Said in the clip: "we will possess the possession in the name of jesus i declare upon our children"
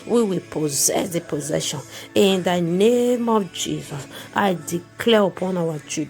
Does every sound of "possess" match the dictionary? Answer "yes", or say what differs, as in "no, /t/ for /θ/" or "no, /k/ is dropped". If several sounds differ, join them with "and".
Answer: yes